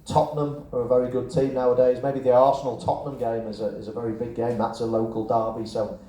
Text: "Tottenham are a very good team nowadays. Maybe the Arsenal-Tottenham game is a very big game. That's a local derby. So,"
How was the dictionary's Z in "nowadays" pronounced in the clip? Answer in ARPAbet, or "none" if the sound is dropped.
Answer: Z